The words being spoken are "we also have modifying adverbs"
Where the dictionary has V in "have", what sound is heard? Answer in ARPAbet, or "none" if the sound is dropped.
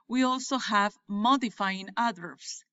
V